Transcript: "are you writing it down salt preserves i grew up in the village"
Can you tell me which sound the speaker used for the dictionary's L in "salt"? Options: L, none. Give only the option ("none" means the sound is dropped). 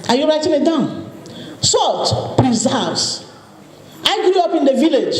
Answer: L